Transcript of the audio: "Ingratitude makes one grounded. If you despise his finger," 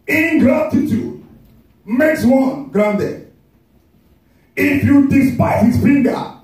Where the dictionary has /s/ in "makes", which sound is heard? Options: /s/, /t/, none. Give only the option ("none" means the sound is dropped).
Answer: /s/